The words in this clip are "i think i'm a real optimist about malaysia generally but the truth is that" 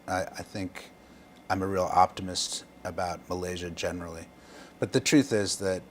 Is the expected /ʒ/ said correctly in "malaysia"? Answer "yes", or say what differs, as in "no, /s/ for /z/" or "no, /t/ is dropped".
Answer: yes